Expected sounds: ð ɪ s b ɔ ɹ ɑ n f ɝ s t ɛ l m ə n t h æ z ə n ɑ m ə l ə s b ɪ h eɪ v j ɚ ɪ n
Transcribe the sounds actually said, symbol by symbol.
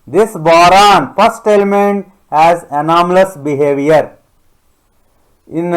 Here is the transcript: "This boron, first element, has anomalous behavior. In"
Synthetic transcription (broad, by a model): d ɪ s b ɔ ɹ ɑ n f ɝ s t ɛ l m ə n t h æ z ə n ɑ m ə l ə s b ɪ h eɪ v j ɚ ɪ n